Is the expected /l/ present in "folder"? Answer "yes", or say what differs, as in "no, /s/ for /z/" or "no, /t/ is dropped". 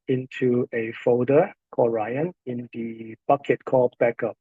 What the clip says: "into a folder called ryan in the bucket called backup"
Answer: no, /l/ is dropped